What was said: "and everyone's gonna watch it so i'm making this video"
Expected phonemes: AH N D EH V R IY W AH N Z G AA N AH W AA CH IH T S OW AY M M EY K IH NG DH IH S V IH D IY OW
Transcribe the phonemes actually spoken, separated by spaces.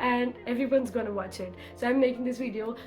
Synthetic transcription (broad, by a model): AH N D EH V R IY W AH N Z G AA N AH W AA CH IH T S OW AY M M EY K IH NG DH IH S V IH D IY OW